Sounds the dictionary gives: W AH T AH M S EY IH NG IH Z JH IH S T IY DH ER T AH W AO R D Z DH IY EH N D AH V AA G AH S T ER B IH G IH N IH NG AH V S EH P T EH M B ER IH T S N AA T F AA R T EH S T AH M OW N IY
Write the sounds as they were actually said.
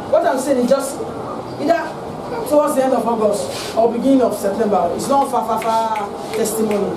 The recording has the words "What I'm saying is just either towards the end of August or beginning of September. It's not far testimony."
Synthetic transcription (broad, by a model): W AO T AH M S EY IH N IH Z JH IH S T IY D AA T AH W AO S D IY EH N D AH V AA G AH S AO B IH G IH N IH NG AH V S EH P T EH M B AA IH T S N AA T F AA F T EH S T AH M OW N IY